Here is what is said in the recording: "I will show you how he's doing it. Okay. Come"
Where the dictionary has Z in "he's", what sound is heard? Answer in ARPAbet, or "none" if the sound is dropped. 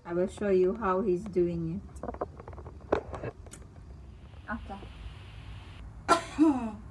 Z